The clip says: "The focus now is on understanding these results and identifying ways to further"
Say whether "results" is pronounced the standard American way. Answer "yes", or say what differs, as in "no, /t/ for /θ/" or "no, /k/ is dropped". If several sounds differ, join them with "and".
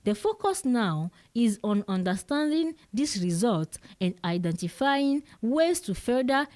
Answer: no, /s/ is dropped